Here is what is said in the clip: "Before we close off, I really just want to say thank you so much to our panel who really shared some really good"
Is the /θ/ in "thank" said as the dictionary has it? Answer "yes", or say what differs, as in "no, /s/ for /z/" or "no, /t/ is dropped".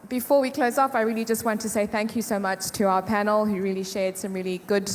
yes